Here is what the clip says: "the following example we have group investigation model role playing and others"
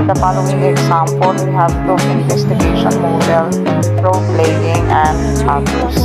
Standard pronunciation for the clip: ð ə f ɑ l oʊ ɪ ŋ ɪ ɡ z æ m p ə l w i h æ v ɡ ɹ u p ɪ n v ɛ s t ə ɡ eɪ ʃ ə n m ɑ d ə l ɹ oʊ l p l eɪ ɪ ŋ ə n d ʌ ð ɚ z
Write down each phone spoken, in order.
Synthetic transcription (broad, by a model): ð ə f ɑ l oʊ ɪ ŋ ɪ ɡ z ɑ m p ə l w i h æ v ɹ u ɪ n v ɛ s t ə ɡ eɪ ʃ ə n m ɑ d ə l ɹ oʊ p l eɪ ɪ ŋ ə n d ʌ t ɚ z